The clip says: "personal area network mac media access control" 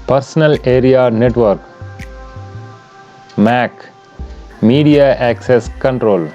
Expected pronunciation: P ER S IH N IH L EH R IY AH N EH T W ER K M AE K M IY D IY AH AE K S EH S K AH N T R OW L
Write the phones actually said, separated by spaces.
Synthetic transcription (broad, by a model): P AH S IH N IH L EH R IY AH N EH T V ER K M AE K M IY D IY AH AE K S EH S K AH N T R OW L